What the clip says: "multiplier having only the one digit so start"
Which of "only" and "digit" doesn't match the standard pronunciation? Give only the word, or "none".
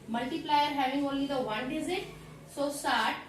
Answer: digit